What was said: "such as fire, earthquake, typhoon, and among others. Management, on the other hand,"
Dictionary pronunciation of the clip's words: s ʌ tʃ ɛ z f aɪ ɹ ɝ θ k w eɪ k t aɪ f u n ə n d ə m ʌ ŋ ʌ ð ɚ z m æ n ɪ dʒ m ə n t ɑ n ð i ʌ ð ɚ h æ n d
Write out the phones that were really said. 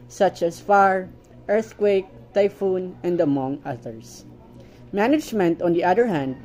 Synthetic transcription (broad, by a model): s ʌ tʃ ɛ s f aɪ ɹ ɝ θ k w eɪ k t aɪ f u n ə n d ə m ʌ ŋ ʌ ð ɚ s m æ n ɪ dʒ m ə n t ɑ n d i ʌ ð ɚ h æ n d